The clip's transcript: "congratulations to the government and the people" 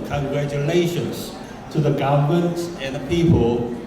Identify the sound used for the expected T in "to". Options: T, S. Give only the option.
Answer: T